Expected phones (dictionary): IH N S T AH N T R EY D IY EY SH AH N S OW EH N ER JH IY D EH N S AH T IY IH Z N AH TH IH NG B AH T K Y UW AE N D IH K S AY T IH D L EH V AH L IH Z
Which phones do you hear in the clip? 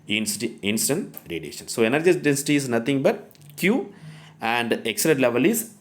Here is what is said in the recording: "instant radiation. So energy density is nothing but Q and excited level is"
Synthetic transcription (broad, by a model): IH N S T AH N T R EY D IY EY SH AH N S OW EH N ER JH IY D EH N S AH T IY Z N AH T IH NG B AH T K Y UW AE N D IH K S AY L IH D L EH V AH L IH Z